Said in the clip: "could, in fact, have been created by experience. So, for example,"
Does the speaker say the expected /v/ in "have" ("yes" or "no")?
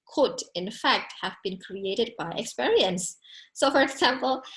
yes